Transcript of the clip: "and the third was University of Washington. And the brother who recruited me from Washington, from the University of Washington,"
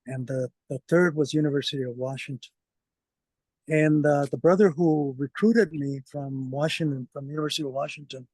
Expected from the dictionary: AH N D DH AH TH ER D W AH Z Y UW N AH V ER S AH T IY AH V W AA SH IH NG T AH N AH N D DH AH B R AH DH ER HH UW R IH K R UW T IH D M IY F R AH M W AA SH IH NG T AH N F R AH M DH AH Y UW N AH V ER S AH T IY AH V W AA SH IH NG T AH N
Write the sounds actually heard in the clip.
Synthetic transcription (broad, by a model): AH N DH DH AH TH ER D W AH Z Y UW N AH V ER S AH T IY AH V W AA SH IH NG T AH N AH N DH DH AH B R AH DH ER HH UW R IH K R UW T IH D M IY F R AH M W AA SH IH NG T AH N F R AH M Y UW N AH V ER S AH T IY AH V W AA SH IH NG T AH N